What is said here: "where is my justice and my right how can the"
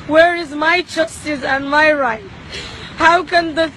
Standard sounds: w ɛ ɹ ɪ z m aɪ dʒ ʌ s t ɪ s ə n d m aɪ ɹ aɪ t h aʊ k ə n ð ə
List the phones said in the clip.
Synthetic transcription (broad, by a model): w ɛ ɹ ɪ z m aɪ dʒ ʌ s t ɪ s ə n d m aɪ ɹ aɪ t h aʊ k ə n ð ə